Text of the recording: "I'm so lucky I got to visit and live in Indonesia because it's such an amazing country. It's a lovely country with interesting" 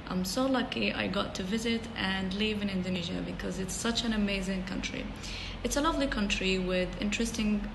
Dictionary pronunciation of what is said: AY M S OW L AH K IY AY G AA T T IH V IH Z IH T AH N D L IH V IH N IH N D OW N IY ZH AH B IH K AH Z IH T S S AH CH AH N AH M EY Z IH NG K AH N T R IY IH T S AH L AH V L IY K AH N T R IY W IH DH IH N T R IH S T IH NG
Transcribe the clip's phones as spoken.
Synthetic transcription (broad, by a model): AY M S OW L AH K IY AY G AA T T IH V IH Z IH T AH N L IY V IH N IH N D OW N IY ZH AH B IH K AH Z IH T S S AH CH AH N AH M EY Z IH NG K AH N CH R IY IH T S AH L AH V L IY K AH N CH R IY W IH DH IH N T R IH S T IH NG